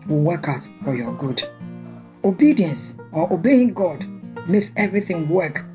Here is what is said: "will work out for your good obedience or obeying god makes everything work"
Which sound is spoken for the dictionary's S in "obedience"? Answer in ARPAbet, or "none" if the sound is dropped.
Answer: S